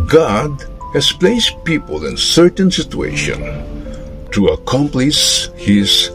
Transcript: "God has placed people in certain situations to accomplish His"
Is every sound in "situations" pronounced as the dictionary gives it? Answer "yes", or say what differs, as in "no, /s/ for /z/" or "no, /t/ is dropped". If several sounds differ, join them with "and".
no, /z/ is dropped